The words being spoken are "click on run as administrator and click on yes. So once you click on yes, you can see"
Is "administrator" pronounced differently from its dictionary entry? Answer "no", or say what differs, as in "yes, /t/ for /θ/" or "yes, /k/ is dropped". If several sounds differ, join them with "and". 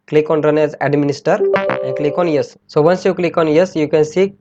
yes, /ɹ/ is dropped